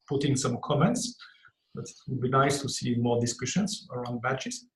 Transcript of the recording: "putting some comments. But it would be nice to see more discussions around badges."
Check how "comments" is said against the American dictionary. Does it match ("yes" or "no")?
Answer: yes